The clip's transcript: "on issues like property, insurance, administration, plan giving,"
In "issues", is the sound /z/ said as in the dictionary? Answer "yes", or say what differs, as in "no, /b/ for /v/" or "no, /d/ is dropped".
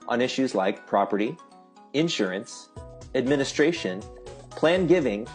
yes